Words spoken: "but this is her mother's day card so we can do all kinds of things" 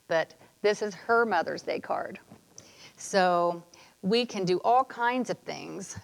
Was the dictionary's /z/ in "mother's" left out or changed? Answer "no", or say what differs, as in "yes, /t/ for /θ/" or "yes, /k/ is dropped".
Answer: no